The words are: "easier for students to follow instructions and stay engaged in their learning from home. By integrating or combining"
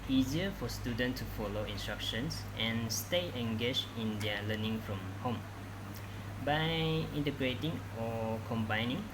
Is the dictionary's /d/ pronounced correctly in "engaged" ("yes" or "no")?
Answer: no